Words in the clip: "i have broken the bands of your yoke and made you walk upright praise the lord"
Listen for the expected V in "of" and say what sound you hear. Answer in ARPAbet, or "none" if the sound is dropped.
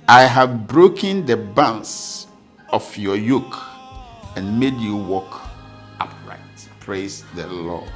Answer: F